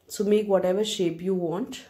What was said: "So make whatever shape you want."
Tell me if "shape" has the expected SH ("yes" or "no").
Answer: yes